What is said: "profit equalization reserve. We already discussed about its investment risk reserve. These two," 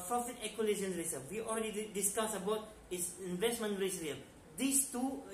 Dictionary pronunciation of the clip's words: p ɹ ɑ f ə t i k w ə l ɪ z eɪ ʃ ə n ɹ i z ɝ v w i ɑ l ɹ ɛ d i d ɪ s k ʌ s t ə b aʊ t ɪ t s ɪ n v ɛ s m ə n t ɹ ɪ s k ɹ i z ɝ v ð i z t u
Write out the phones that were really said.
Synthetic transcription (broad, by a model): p ɹ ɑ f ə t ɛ k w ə l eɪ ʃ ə n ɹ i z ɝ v w i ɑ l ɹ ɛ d i d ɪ s k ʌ s ə b aʊ t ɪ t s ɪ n v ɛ s m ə n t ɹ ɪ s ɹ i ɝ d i s t u